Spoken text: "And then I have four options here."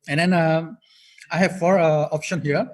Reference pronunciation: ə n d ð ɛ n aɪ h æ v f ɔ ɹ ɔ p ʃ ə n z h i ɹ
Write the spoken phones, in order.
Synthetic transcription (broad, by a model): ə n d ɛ n aɪ h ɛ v f ɔ ɹ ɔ p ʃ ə n h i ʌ